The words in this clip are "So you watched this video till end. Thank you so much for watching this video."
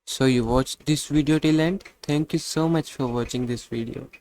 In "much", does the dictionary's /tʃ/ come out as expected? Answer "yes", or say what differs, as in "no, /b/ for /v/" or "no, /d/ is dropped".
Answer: yes